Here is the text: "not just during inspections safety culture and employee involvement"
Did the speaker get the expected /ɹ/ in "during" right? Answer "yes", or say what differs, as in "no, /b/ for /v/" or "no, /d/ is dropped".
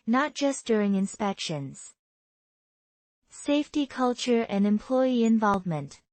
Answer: yes